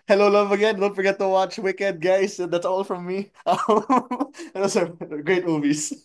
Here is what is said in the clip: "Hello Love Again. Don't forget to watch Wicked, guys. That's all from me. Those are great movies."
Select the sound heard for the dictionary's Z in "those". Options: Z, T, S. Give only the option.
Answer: S